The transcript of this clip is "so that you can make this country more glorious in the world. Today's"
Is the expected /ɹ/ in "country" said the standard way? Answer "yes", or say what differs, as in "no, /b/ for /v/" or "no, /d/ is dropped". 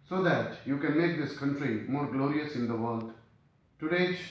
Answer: yes